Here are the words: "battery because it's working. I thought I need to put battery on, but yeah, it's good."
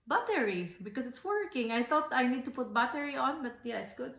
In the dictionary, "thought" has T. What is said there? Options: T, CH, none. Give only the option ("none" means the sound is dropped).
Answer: T